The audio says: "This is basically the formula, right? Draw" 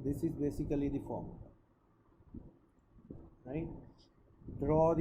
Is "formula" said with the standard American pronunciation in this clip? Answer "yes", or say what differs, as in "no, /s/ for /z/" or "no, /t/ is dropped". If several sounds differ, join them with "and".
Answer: no, /l/ is dropped